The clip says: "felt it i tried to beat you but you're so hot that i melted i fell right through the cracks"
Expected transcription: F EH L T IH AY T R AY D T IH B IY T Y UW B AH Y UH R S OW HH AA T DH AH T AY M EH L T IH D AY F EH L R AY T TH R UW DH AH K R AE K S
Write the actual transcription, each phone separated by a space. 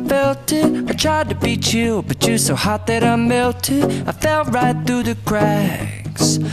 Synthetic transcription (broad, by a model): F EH L T IH AY T R AY D T IH B IY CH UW B AH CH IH S OW HH AA T DH AH T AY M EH L T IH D AY F EH L R AY T TH R UW DH AH K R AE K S